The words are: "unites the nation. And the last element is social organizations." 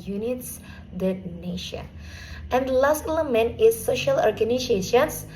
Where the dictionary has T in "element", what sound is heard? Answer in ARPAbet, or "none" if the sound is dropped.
none